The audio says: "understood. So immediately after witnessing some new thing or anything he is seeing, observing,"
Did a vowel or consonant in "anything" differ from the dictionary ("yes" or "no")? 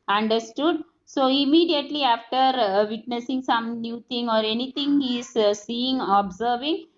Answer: yes